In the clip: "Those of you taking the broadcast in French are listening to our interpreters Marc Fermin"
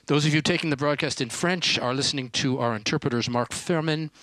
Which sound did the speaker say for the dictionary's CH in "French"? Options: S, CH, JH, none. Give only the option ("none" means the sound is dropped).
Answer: CH